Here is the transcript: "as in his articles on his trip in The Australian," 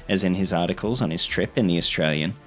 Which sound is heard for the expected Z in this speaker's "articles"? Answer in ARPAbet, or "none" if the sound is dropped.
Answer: Z